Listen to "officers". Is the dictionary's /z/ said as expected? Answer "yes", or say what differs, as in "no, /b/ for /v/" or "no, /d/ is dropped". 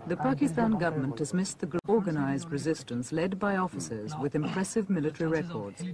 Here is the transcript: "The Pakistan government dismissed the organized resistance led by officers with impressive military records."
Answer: yes